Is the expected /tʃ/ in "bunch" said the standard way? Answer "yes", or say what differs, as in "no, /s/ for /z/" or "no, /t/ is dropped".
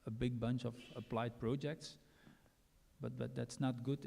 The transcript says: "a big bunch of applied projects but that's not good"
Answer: yes